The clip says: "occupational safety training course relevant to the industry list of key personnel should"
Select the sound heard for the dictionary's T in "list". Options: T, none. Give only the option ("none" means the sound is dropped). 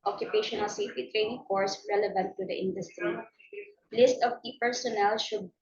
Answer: T